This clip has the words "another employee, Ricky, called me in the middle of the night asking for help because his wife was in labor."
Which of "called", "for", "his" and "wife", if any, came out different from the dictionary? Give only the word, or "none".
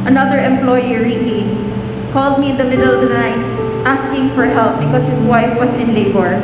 his